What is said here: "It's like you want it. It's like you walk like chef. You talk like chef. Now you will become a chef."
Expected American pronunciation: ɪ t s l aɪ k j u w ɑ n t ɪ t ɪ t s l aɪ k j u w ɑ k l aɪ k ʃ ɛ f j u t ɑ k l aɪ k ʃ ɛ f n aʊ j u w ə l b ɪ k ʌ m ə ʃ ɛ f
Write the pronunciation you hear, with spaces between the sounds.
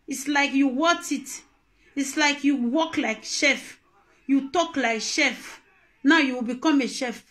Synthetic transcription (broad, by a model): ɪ t s l aɪ k j u w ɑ t ɪ t ɪ t s l aɪ k j u w ɑ k l aɪ k ʃ ɛ f j u t ɑ k l aɪ k ʃ ɛ f n aʊ j u w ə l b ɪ k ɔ m ə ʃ ɛ f